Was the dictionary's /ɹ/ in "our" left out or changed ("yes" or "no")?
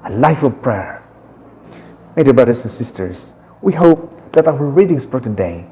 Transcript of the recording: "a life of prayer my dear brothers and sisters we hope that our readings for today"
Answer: yes